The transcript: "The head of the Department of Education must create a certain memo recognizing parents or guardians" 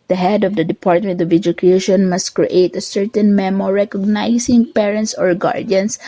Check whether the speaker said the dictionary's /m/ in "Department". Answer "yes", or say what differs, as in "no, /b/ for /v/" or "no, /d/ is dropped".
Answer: yes